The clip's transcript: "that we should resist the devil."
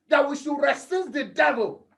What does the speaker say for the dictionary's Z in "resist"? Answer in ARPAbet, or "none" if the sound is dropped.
S